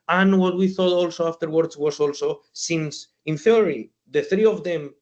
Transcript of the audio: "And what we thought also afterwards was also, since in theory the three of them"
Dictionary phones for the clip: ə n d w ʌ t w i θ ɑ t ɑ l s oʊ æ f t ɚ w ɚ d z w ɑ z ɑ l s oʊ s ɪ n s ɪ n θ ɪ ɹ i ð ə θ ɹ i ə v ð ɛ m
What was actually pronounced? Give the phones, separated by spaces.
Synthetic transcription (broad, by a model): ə n w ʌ t w i θ ɑ t ɑ l s oʊ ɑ f t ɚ w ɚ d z w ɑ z ɑ l s oʊ s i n s ɪ n θ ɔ ɹ i ð ə θ ɹ i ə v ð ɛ m